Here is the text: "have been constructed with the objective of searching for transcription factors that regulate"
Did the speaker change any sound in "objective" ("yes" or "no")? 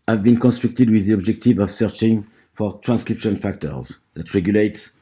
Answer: no